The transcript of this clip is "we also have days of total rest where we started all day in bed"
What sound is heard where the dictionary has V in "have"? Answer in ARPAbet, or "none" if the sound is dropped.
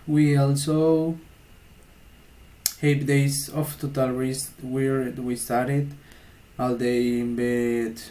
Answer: P